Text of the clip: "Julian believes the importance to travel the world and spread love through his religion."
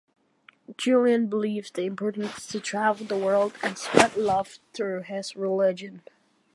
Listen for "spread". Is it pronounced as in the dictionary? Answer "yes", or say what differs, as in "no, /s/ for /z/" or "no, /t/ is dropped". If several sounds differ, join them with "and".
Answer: no, /ɹ/ is dropped